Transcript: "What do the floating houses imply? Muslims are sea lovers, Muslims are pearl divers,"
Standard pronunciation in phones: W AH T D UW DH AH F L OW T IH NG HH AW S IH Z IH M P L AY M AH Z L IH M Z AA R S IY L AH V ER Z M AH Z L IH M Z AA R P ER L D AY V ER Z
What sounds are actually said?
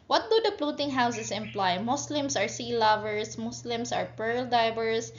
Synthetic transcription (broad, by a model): W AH T D UW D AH P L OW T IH NG HH AW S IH S IH M P L AY M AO S L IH M S AA R S IY L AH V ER S M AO S L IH M S AA R P ER L D AY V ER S